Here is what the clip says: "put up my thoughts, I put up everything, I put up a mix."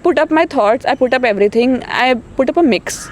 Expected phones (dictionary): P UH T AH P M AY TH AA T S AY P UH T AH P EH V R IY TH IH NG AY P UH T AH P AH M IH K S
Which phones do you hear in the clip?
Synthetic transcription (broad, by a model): P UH T AH P M AY T AA T S AY P UH T AH P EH V R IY T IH NG AY P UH T AH P AH M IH K S